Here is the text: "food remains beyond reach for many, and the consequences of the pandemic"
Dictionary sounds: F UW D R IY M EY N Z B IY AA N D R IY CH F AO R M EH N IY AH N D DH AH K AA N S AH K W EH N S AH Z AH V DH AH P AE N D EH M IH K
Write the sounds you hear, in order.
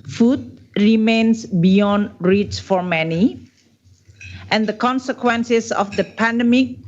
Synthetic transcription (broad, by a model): F UW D R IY M EY N S B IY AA N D R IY S F AO R M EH N IY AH N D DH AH K AA N S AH K W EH N S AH S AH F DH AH P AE N D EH M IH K